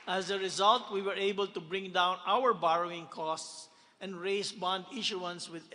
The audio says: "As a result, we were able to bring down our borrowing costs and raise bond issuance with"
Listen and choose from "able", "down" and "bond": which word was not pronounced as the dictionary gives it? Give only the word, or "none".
none